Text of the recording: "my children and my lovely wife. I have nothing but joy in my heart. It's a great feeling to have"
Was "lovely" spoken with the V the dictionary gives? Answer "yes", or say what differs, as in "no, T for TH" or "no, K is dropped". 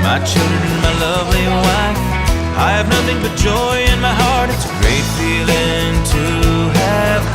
yes